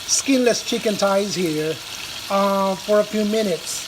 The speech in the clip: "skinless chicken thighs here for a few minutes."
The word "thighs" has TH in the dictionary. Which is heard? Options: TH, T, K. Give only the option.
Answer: T